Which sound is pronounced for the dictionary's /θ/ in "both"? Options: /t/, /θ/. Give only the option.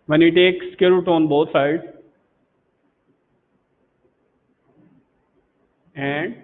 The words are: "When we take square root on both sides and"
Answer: /t/